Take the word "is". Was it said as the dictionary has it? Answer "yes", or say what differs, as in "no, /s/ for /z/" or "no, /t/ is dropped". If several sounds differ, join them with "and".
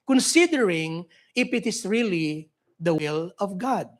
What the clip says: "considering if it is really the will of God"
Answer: no, /s/ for /z/